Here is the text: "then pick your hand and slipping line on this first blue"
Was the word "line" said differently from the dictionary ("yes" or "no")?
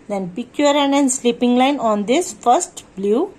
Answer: no